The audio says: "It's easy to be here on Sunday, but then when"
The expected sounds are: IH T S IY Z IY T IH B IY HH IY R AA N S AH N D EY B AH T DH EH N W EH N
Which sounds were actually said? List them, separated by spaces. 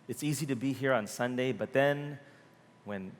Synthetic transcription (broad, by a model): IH T S IY Z IY T IH B IY HH IY R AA N S AH N D EY B AH T DH EH N W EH N